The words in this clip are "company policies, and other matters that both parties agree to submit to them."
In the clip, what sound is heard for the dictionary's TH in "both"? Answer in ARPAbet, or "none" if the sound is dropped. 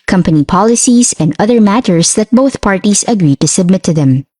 TH